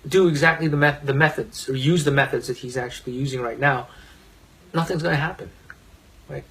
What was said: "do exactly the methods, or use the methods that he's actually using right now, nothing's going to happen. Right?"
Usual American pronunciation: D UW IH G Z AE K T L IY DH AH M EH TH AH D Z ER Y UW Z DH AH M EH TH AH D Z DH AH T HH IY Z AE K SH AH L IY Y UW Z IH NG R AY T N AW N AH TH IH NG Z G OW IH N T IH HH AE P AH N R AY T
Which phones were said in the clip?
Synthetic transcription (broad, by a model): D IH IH G Z AE K T L IY DH AH M EH TH AH D Z ER Y UW Z DH AH M EH TH AH D Z DH AH T HH IY Z AE K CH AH L IY Y UW Z IH NG R AY T N AW N AH TH IH NG Z G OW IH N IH HH AE P AH N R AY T